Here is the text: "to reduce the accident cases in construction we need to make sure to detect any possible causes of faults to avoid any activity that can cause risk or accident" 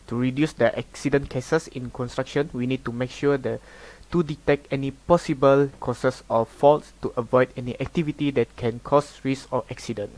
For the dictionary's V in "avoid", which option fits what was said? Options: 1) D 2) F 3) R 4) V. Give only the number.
4